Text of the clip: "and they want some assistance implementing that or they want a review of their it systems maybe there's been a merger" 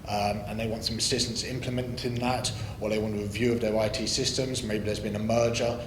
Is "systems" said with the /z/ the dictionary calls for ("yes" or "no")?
yes